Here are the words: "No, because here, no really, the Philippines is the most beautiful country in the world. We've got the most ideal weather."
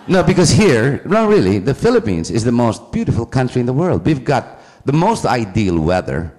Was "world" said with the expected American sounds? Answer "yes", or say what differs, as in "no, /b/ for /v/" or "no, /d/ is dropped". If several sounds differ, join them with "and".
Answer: yes